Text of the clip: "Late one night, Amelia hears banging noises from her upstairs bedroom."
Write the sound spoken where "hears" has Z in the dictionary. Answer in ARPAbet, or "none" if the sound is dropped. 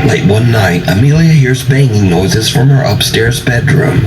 Z